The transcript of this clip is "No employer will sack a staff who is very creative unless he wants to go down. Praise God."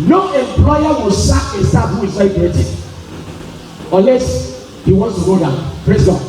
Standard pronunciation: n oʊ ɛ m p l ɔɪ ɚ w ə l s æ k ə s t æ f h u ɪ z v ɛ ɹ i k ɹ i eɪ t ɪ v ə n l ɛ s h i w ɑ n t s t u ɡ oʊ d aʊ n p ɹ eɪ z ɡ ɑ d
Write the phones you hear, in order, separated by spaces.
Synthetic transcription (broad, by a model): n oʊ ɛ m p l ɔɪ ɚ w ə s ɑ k ə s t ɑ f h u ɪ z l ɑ i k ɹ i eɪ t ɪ ə n l ɛ s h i w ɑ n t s t u ɡ oʊ d aʊ n p ɹ eɪ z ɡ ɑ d